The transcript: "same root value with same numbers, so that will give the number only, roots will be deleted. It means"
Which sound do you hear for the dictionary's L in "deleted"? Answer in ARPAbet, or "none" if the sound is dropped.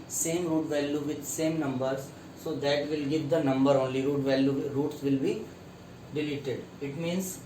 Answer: L